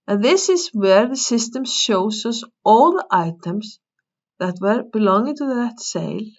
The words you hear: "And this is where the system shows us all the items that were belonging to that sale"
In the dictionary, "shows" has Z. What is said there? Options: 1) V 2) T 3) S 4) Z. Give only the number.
3